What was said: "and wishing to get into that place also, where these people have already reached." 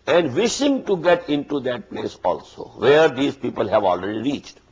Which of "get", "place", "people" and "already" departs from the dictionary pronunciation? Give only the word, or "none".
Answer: none